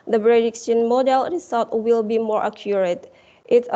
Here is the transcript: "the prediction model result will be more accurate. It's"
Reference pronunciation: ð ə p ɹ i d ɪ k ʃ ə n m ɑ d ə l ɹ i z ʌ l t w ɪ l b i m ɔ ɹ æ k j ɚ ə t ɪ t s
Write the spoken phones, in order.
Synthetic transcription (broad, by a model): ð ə b ɹ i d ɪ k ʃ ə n m ɑ d ə l ɹ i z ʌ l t w ɪ l b i m ɔ ɹ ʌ k j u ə t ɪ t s